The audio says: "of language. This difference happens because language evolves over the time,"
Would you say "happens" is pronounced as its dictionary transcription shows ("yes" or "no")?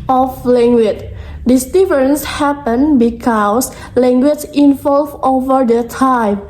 no